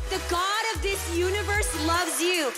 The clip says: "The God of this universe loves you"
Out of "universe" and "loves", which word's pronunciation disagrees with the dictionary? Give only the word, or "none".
none